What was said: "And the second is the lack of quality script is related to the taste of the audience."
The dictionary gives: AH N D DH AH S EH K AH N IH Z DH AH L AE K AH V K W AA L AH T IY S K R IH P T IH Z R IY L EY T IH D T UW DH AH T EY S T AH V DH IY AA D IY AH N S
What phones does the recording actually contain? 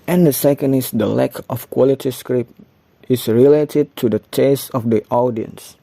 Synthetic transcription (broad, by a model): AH N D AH S EH K AH N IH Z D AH L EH K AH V K W AA L AH T IY S K R IH P T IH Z R IY L EY T IH D T UW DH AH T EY S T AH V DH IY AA D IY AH N S